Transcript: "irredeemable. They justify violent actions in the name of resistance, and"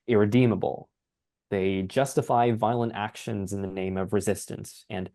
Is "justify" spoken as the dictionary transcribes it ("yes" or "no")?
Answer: yes